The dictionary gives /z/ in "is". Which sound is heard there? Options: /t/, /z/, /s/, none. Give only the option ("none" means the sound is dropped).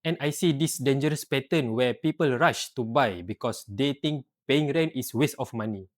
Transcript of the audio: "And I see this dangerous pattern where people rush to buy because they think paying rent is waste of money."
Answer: /s/